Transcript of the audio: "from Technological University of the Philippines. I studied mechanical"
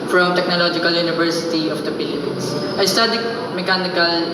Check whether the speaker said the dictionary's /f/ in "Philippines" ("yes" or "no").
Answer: no